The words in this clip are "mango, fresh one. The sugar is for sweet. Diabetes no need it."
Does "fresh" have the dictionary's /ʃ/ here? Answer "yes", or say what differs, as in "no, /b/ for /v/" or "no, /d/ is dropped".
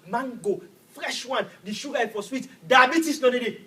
yes